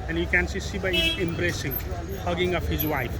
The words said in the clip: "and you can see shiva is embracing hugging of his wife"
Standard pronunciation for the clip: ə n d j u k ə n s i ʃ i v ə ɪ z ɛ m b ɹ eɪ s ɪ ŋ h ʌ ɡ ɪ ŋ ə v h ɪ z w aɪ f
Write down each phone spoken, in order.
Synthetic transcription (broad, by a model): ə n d j u k ə n s i s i b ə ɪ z ɛ m b ɹ eɪ s ɪ ŋ h ʌ ɡ ɪ ŋ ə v h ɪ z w aɪ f